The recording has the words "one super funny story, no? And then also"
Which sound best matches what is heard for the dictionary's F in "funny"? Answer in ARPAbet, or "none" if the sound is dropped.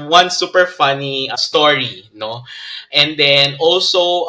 F